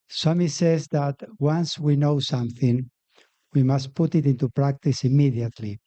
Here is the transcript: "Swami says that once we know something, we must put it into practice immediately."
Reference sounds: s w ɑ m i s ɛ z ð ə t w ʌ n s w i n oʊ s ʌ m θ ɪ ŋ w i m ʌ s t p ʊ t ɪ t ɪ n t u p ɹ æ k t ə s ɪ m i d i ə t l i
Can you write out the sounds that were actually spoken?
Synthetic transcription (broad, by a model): s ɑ m i s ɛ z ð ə t w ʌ n s w i n oʊ s ʌ m θ ɪ ŋ w i m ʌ s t p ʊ t ɪ t ɪ n t u p ɹ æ k t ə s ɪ m i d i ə t l i